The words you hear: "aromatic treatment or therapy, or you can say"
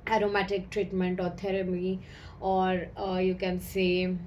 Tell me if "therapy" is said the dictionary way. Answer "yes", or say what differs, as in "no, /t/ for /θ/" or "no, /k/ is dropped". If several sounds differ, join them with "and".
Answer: no, /t/ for /θ/